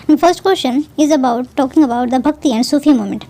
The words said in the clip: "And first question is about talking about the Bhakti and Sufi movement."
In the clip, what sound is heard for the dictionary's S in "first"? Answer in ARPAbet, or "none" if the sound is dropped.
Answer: S